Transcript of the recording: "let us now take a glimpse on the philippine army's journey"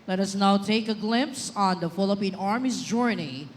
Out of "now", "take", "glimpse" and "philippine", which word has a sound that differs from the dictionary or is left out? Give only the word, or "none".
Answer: none